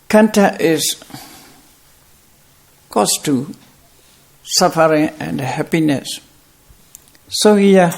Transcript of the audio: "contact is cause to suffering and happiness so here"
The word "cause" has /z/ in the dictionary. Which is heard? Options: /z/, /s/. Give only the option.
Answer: /s/